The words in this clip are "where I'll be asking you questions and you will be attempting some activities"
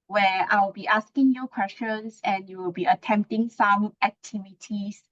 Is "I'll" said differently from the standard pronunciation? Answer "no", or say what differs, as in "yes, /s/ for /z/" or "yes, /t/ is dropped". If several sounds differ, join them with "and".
yes, /w/ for /l/